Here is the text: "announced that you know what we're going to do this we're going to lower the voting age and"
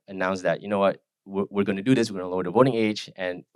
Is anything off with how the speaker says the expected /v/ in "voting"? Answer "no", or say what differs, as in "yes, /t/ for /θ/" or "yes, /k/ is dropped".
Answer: no